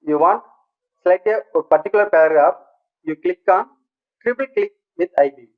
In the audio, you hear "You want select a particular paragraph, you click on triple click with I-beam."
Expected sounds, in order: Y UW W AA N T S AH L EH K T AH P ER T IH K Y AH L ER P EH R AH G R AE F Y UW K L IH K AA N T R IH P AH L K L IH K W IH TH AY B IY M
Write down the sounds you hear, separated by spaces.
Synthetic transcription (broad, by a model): Y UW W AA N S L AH IH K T AH P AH T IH K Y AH L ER P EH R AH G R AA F Y UW K L IH K AA N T R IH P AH L K L IH K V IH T AY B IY